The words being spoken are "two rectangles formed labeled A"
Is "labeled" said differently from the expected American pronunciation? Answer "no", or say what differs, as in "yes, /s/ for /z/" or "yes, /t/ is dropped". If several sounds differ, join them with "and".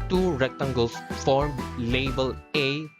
yes, /d/ is dropped